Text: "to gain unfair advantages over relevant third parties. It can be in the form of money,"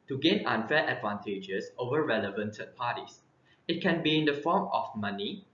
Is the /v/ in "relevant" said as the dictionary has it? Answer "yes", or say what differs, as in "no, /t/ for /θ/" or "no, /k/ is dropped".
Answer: yes